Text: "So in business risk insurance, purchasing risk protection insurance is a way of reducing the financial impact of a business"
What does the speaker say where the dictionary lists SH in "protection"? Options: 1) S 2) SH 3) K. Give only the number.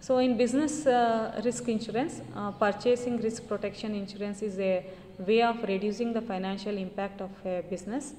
2